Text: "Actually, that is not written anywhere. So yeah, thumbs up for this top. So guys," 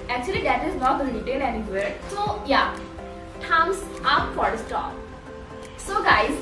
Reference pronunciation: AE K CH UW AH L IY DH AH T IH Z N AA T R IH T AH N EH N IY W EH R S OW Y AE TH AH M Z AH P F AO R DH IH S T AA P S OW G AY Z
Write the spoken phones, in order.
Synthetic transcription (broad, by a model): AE K CH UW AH L IY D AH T IH Z N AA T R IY T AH L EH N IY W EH R S OW Y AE T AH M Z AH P F AO R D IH S T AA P S OW G AY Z